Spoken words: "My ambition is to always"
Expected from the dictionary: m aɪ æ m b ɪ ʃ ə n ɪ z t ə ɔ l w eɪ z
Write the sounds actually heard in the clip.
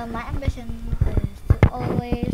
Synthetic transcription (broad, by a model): m aɪ æ m b ɪ ʃ ə n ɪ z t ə ɔ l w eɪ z